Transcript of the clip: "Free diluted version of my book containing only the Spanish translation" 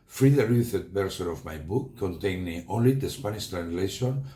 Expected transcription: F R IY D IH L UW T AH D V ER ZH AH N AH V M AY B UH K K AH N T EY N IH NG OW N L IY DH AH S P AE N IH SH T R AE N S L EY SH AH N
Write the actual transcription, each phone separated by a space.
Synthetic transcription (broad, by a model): F R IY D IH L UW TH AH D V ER S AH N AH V M AY B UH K K AH N T EY N IH NG OW N L IY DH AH S P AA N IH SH T R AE N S L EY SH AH N